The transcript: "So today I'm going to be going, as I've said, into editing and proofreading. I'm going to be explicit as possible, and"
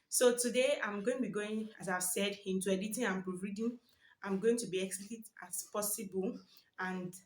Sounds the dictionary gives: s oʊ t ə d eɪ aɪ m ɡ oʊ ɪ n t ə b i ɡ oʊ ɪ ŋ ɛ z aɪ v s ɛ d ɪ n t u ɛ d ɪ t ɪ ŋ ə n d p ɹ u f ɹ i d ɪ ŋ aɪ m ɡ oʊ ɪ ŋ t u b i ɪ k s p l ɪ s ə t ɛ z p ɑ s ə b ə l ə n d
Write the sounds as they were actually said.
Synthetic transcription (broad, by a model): s oʊ t ə d eɪ aɪ m ɡ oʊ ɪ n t b i ɡ oʊ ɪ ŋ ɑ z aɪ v s ɛ d ɪ n t u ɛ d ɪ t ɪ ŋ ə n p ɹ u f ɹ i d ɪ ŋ aɪ m ɡ oʊ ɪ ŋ t u b i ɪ k s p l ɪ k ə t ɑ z p ɑ s ə b ə l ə n d